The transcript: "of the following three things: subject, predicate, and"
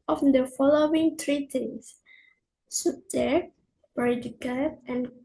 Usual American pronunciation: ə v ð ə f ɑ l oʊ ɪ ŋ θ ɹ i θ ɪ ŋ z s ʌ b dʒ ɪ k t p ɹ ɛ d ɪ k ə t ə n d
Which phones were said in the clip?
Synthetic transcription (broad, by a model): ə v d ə f ɑ l oʊ ɪ ŋ t ɹ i t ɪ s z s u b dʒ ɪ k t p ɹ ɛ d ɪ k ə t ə n